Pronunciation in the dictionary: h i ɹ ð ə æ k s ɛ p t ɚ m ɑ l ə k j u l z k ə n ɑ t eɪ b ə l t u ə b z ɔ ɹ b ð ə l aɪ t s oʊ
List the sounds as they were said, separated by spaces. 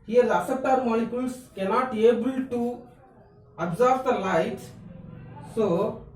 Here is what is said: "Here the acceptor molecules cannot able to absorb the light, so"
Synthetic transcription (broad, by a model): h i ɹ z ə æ s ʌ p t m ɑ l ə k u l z k ə n ɑ t eɪ b ə l t u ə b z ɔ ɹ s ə l aɪ t s oʊ